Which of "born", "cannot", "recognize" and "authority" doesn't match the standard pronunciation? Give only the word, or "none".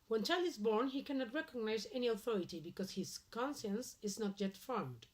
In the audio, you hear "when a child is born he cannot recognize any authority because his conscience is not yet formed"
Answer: none